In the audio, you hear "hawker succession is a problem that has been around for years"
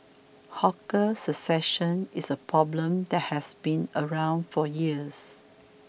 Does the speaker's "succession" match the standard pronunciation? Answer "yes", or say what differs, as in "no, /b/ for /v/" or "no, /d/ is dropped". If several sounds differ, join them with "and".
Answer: no, /k/ is dropped